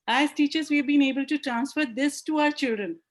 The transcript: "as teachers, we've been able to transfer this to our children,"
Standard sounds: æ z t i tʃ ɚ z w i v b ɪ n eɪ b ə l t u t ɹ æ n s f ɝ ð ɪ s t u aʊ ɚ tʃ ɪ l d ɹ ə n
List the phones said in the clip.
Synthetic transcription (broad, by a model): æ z t i tʃ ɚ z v i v b ɪ n eɪ b ə l t u t ɹ æ n s f ɝ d ɪ s t u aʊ ɚ tʃ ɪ l d ɹ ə n